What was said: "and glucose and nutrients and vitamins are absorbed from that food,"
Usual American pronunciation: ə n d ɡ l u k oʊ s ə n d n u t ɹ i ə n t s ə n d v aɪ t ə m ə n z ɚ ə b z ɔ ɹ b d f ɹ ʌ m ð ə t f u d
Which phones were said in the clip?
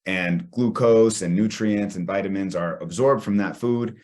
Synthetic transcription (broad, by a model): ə n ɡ l u k oʊ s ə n n u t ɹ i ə n t s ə n v aɪ t ə m ə n z ɚ ə b z ɔ ɹ b d f ɹ ʌ m ð ə t f u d